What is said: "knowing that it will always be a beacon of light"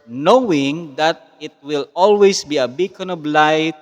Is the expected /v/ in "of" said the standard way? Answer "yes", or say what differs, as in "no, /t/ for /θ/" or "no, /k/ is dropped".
no, /b/ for /v/